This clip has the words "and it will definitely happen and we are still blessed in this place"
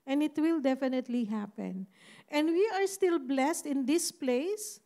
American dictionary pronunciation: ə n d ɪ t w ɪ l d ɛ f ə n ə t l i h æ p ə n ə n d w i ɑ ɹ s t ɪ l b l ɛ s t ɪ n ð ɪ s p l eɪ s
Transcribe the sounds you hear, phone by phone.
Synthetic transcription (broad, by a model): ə n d ɪ t w ɪ l d ɛ f ə n ə t l i h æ p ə n ə n d w i ɑ ɹ s t ɪ l b l ɛ s t ɪ n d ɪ s p l eɪ s